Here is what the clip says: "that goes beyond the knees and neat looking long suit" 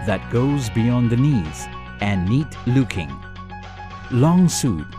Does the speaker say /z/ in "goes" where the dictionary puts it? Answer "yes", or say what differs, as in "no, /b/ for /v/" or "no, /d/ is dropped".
yes